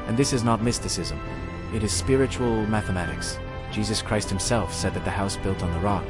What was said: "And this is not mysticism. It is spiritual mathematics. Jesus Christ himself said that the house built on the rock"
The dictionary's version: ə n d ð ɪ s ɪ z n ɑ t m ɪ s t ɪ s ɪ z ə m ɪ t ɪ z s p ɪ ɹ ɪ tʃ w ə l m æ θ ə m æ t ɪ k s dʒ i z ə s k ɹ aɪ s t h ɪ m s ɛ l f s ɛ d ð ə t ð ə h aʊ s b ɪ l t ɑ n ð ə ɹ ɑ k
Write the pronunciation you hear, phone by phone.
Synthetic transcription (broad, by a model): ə n ð ɪ s ɪ z n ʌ t m ɪ s t ɪ s ɪ z ə m ɪ t ɪ z s p ɪ ɹ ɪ tʃ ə l m æ θ ə m æ t ɪ k s dʒ i z ə s k ɹ aɪ s t h ɪ m s ɛ l f s ɛ d ð ə t ð ə h aʊ s b ɪ l t n ð ə ɹ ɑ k